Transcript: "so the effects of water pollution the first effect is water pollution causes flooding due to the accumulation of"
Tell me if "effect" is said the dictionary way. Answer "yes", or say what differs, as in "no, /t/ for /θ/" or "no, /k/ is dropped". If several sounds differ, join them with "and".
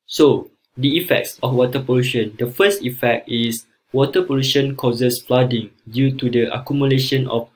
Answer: yes